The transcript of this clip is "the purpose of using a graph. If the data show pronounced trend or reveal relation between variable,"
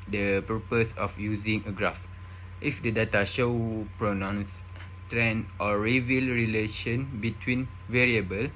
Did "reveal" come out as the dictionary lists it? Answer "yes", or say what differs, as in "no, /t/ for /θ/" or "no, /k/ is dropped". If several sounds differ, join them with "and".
yes